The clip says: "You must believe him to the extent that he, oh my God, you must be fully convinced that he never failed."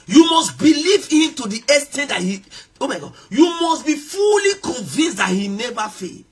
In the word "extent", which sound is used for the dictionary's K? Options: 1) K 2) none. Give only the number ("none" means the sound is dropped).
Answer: 2